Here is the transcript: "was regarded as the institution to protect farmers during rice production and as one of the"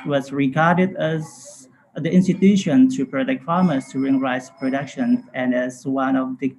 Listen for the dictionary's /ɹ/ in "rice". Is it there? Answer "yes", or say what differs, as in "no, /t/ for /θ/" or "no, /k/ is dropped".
yes